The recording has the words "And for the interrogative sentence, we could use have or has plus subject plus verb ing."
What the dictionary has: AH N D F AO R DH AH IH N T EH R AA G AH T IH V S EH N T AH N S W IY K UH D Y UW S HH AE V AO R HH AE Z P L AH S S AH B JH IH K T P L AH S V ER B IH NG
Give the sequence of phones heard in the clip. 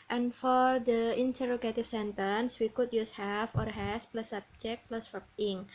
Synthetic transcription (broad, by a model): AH N F AO R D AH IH N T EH R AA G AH T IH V S EH N T AH N S W IY K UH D Y UW S HH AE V AO R HH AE S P L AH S S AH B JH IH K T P L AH S F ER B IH NG